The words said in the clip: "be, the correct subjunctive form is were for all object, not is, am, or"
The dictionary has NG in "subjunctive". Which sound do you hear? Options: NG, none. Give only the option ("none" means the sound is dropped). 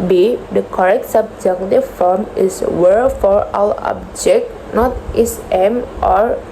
none